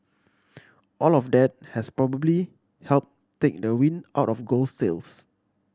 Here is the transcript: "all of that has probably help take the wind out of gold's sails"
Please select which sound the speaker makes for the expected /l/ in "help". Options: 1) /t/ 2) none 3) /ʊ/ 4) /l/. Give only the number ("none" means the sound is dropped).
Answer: 4